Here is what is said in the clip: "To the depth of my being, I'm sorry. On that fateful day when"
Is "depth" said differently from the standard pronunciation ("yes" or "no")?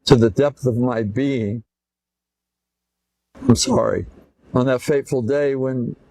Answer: no